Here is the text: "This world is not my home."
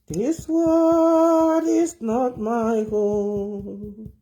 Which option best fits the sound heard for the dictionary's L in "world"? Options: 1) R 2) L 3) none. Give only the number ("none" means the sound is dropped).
3